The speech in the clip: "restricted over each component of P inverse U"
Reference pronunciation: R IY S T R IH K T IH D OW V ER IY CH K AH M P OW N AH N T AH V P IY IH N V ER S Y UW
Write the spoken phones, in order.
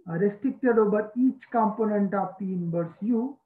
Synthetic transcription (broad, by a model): R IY S T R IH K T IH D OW B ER IY CH K AH M P OW N AH N T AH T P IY N B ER S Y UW